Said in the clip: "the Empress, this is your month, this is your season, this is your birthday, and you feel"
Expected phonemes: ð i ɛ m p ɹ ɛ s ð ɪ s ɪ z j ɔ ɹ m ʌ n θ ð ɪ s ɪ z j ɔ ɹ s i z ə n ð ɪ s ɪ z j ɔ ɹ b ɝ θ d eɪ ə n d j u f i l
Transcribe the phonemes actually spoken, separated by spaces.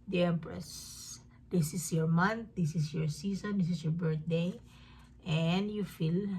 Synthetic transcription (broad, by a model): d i ɛ m p ɹ ɛ s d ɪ s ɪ s j ɔ ɹ m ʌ n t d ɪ s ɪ s j ɔ ɹ s i s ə n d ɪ s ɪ s j ɔ ɹ b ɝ t d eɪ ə n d j u f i l